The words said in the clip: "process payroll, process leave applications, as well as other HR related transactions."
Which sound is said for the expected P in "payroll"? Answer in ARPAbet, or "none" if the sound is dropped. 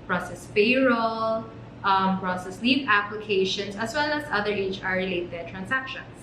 F